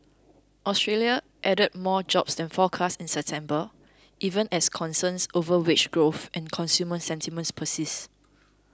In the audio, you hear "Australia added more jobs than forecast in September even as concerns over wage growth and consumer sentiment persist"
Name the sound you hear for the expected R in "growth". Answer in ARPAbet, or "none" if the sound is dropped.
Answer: R